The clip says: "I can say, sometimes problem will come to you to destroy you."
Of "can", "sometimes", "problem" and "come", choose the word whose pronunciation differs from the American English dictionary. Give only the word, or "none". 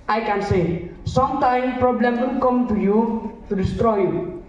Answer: sometimes